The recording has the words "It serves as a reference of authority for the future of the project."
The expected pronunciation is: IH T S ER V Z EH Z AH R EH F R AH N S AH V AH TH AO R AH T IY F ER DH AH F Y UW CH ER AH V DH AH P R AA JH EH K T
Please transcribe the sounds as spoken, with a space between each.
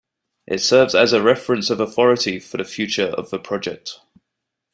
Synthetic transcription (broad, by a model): IH T S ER V Z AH Z AH R EH F R AH N S AH V AH TH AO R AH T IY F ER DH AH F Y UW CH ER AH V DH AH P R AA JH EH K T